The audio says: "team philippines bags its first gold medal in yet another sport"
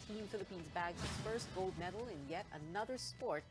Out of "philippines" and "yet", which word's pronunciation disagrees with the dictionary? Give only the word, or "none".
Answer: none